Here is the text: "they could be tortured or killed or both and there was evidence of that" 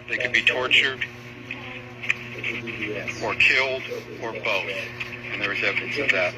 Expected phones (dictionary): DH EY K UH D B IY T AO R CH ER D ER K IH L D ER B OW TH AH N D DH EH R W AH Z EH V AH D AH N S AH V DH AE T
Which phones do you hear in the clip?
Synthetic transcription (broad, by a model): DH EY K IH D B IY T AO R CH ER D ER K IH L D ER B OW TH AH N DH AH R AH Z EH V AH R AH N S AH V DH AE T